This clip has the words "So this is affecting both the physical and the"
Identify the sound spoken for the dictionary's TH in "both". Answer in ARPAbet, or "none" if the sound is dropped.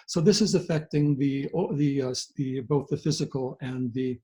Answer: TH